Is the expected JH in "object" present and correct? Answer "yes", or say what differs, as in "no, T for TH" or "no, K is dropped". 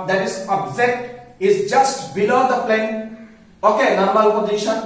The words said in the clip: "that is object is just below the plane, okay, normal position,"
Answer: no, Z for JH